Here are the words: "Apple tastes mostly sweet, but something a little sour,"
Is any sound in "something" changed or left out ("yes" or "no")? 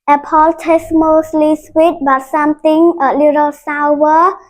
yes